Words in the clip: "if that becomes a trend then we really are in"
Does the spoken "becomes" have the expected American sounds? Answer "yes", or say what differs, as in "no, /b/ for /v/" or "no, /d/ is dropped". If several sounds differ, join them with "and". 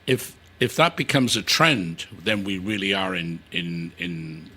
yes